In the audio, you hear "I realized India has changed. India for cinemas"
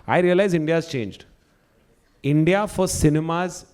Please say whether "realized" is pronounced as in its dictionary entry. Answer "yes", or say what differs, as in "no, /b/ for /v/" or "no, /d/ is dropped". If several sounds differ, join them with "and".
no, /d/ is dropped